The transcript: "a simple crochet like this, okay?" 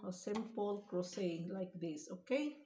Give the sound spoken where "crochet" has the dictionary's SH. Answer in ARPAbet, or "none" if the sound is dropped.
S